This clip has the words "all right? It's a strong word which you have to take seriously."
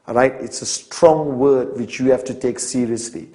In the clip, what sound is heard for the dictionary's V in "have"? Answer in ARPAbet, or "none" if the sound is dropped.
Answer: F